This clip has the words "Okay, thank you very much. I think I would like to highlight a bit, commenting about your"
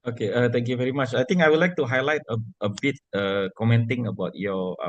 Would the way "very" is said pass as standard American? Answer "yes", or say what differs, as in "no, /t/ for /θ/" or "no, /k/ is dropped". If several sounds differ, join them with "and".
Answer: yes